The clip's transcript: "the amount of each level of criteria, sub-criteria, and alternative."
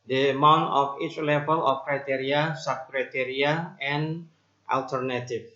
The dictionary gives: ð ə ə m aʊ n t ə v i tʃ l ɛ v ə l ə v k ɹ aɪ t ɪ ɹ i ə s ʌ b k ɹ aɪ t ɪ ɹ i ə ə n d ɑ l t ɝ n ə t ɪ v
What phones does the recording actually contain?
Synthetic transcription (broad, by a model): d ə ə m aʊ n t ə f i tʃ l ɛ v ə l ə f k ɹ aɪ t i ɹ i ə s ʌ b k ɹ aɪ t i ɹ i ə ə n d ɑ l t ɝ n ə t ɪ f